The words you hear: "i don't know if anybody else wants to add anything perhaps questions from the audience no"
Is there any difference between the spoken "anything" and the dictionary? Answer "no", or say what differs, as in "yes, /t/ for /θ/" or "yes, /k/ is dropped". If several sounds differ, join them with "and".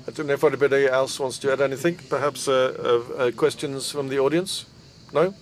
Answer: no